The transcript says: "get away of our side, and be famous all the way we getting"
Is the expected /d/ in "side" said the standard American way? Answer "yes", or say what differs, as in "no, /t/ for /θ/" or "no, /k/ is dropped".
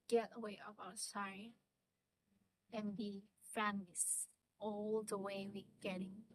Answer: no, /d/ is dropped